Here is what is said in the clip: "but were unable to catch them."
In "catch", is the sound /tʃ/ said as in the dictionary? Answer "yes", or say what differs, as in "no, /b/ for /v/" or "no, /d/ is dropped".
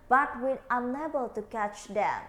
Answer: yes